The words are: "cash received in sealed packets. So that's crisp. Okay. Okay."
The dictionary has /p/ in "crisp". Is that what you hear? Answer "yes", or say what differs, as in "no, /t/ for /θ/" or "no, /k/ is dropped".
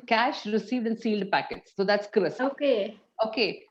no, /p/ is dropped